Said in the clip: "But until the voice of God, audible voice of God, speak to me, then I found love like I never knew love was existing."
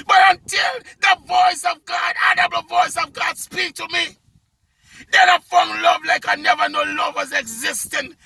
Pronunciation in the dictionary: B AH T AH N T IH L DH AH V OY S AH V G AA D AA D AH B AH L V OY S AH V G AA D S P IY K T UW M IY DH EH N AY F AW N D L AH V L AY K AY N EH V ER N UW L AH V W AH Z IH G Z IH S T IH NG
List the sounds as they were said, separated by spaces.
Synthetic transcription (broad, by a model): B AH T AH N T IH L DH AH V OY S AH V G AA D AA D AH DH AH V OY S AH V G AA D S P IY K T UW M IY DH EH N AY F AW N L AH V L AY K AY N EH V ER N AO L AH V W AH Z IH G Z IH S T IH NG